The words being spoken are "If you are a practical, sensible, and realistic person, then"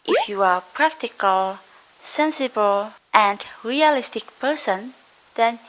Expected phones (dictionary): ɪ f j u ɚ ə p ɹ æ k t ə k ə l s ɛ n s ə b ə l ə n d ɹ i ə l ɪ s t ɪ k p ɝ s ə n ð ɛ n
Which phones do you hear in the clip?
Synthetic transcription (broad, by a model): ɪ f j u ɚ ə p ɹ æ k t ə k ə l s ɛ n s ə b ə l ə n d ɹ i ə l ɪ s t ɪ k p ɝ s ə n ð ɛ n